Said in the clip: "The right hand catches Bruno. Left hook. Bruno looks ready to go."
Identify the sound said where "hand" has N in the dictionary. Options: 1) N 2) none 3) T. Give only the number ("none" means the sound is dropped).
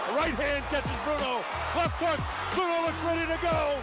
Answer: 1